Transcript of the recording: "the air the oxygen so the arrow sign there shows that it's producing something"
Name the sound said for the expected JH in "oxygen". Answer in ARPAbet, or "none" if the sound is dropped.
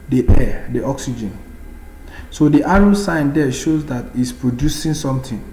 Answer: JH